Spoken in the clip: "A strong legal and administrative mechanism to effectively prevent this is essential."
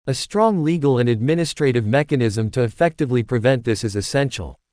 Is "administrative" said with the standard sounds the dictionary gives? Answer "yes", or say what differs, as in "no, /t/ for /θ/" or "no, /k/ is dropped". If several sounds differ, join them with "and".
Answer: yes